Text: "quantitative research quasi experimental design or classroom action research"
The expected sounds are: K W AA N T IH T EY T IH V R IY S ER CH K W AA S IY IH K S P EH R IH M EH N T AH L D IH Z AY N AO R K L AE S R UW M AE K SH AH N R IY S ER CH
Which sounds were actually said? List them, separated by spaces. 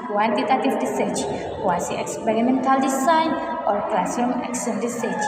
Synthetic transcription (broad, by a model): K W AA N T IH T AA T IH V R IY S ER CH K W AA S IY IH K S P EH R IH M EH N T AH L D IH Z AY N AO R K L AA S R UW M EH K S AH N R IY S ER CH